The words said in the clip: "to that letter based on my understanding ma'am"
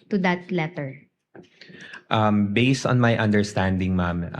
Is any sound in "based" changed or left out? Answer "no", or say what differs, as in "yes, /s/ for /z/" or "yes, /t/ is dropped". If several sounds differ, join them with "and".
no